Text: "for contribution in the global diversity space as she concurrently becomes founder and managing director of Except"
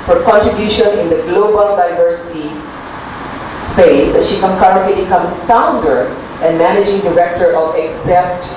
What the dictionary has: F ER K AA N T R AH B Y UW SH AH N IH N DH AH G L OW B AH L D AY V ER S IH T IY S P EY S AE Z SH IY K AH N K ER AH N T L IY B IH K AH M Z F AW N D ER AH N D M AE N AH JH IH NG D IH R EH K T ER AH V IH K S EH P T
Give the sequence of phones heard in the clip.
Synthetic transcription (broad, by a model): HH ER K AA N T R AH B Y UW SH AH N IH N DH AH G L OW B AH L D AY V ER S IH T IY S EY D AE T SH IY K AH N K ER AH N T L IY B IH K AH M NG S AW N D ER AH N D M AE N AH JH IH NG D IH R EH K T ER AH V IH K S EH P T